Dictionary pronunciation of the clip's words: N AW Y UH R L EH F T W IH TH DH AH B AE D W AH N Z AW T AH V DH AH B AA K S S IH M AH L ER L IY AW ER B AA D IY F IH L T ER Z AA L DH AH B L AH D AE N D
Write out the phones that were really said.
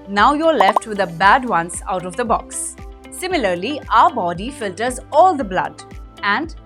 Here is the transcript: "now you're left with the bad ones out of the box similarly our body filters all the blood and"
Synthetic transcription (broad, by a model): N AW Y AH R L EH F T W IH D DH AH B AE D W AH N S AW T AH V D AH B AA K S S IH M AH L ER L IY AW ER B AA D IY F IH L T ER Z AA L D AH B L AH D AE N D